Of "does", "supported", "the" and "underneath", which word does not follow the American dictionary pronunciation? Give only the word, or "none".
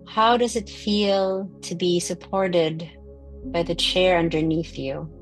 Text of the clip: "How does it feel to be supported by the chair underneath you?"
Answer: none